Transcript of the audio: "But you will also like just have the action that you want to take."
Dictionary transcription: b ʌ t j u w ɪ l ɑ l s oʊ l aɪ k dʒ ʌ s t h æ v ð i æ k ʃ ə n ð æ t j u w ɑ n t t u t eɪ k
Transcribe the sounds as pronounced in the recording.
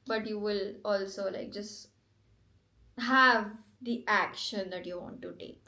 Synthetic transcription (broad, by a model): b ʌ t j u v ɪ l ɑ l s oʊ l aɪ k dʒ ʌ s t h æ v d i æ k ʃ ə n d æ t j u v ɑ n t t u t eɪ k